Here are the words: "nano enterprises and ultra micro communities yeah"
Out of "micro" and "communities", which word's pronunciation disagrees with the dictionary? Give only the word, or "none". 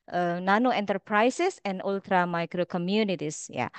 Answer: communities